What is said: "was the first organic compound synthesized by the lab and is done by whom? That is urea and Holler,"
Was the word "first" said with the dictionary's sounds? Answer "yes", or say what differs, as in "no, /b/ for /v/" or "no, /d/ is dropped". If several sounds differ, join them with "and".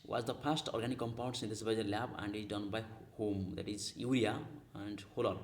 no, /p/ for /f/